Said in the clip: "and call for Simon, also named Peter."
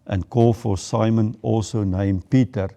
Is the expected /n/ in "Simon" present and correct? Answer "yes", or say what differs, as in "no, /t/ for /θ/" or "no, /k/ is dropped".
yes